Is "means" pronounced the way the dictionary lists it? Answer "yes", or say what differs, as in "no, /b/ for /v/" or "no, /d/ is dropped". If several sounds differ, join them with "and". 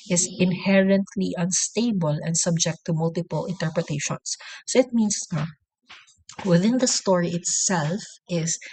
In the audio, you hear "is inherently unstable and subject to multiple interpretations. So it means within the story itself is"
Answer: no, /s/ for /z/